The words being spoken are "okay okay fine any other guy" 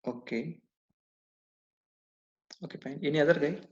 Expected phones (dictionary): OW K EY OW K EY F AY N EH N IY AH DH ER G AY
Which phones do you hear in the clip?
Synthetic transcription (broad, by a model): OW K EY OW K EY P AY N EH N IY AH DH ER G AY